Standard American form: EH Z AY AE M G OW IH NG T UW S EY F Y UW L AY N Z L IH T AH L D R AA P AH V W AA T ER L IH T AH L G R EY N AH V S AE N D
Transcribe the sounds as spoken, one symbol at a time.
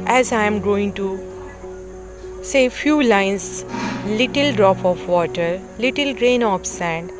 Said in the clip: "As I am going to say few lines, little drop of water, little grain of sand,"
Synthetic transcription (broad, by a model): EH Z AY M G OW IH NG T UW S EY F Y UW L AY N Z L IH T AH L D R AA P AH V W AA T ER L IH T AH L G R EY N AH P S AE N D